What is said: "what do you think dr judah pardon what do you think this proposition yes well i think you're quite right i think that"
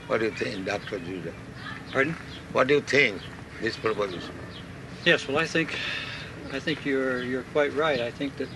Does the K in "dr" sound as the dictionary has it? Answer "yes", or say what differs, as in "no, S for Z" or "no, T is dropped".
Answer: yes